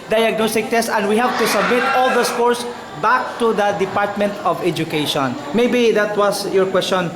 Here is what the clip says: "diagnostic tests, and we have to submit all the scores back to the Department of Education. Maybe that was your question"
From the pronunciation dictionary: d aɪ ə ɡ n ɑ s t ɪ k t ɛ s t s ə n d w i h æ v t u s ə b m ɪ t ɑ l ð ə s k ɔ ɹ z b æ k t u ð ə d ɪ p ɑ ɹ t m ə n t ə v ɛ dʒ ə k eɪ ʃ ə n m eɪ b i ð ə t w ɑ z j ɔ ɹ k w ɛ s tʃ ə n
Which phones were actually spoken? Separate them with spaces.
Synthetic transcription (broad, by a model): d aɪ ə ɡ n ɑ s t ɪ k t ɛ s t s ə n d w i h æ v t u s ə b m ɪ t ɑ l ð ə s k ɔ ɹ s b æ k t u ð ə d ɪ p ɑ ɹ t m ə n t ə v ɛ dʒ ə k eɪ ʃ ə n m eɪ b i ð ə t w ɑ s j ɔ ɹ k w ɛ s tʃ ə n